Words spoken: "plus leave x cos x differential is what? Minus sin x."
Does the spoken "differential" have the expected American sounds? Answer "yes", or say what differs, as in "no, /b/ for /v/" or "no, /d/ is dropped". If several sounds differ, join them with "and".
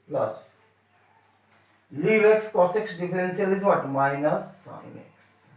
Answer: no, /s/ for /ʃ/